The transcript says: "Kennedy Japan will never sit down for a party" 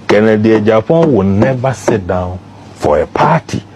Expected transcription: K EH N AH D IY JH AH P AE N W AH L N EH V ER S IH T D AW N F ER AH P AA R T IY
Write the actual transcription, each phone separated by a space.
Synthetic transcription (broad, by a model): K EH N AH D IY JH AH F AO W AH N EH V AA S IH T D AW N F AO AH P AA T IY